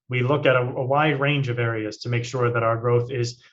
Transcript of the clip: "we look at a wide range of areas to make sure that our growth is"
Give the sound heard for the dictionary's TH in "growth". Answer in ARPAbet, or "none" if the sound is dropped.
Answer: TH